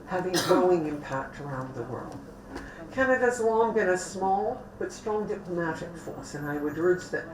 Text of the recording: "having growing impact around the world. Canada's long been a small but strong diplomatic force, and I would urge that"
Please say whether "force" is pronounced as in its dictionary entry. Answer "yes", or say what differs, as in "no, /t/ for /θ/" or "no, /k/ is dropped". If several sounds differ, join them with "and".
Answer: yes